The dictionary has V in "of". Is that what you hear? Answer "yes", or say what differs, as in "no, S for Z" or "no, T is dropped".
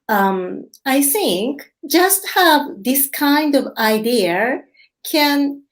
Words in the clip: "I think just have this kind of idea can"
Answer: yes